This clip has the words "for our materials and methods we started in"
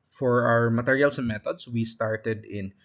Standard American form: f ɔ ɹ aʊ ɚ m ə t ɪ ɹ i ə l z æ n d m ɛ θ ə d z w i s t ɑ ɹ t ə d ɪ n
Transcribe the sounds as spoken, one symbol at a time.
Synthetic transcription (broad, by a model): f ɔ ɹ aʊ ɚ m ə t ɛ ɹ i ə l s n m ɛ t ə d s w i s t ɑ ɹ t ə d ɪ n